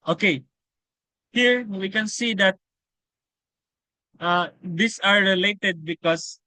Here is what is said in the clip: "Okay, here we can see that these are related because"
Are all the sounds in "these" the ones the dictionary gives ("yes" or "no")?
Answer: no